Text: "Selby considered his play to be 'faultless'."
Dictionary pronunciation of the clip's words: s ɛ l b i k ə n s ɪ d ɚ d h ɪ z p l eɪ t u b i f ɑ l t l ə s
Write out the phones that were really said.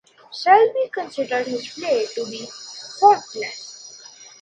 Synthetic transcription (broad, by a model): ʃ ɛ l b i k ə n s ɪ d ɚ d h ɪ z p l eɪ t u b i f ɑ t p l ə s